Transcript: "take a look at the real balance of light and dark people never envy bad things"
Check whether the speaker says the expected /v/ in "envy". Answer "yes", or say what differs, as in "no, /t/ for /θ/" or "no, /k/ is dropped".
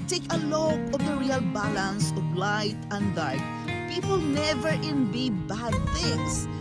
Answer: no, /b/ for /v/